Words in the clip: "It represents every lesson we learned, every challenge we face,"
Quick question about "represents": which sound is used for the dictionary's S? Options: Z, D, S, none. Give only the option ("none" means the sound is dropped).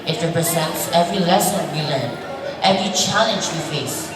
S